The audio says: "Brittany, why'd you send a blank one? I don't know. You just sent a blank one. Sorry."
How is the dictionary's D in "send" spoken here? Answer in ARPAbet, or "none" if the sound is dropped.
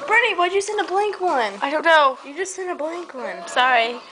none